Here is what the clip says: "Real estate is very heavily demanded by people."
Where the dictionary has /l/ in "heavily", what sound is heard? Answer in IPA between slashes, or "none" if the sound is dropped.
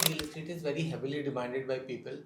/l/